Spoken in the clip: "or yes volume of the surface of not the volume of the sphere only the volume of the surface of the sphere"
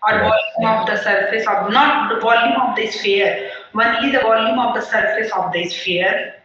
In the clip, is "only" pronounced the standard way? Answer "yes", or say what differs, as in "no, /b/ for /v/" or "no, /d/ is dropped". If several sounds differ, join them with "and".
no, /l/ is dropped